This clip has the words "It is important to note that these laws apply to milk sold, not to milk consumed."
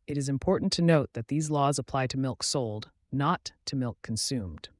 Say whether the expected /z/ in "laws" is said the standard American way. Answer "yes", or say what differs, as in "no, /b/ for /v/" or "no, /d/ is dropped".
yes